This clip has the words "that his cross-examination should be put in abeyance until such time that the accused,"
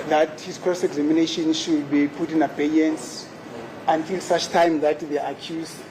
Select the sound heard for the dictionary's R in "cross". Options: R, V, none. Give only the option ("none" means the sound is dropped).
none